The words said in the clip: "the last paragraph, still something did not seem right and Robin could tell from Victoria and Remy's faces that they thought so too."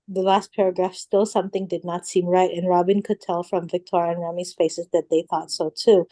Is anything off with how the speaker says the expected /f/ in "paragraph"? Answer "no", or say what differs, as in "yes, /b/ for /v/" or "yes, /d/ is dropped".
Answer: no